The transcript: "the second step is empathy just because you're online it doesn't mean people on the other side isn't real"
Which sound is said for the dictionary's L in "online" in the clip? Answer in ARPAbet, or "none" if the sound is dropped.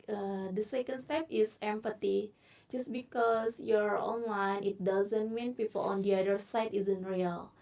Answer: W